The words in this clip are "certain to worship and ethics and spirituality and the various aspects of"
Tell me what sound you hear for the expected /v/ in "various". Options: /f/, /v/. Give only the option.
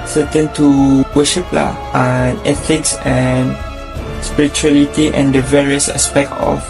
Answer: /v/